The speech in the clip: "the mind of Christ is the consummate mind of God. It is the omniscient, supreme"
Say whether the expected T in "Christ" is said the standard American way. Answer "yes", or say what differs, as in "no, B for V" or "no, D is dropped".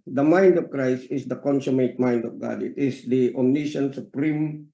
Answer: yes